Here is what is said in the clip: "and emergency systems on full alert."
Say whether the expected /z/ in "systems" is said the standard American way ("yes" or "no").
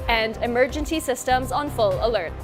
yes